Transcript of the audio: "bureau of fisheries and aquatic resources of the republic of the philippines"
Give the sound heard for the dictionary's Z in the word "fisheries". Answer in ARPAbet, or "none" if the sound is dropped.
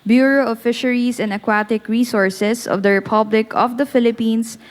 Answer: S